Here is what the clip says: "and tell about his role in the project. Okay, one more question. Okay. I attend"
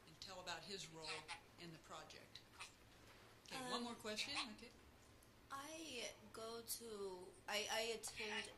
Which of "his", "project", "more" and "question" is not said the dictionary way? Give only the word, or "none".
none